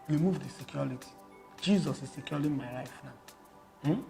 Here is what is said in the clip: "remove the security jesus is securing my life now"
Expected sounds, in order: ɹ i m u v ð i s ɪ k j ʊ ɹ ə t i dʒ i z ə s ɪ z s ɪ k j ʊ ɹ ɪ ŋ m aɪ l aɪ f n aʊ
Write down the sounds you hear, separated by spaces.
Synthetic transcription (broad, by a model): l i m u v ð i s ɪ k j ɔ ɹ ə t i dʒ i z ə s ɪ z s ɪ k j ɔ l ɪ m aɪ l aɪ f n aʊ